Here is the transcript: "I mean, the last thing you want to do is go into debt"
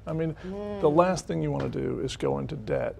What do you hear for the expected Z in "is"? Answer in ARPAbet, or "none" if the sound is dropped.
Z